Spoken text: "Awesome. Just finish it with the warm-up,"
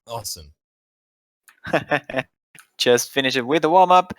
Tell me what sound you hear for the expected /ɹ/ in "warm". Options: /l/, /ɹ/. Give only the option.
/l/